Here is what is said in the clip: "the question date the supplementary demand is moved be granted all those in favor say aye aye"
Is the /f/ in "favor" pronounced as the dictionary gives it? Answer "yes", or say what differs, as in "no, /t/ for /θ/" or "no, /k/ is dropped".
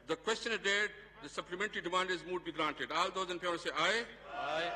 no, /p/ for /f/